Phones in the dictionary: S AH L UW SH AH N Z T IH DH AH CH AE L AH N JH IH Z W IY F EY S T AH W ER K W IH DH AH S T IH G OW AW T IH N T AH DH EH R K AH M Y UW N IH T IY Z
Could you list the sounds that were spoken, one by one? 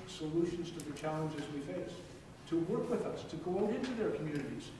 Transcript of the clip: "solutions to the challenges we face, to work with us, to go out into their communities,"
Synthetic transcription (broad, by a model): S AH L UW SH N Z T IH DH AH CH AE L AH N JH IH Z W IY F EY S T AH W ER K W IH DH AH S T IH G OW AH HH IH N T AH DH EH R K M Y UW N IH T IY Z